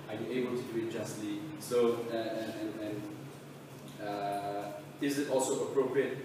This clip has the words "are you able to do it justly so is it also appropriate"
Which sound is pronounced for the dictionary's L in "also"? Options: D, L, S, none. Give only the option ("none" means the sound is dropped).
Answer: L